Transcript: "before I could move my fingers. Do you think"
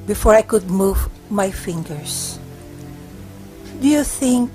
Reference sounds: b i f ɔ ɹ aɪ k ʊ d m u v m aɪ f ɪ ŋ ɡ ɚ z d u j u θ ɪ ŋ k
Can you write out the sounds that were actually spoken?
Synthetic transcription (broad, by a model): b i f ɔ ɹ aɪ k ʊ d m u v m aɪ f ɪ ŋ ɡ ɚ s d u j u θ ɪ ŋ k